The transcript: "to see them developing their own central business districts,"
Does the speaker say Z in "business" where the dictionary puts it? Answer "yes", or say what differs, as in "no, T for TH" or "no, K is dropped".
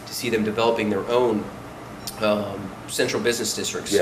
yes